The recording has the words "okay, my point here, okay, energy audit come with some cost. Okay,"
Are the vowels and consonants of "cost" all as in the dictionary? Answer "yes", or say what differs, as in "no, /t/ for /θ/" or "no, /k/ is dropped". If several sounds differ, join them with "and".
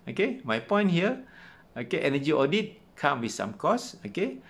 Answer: no, /t/ is dropped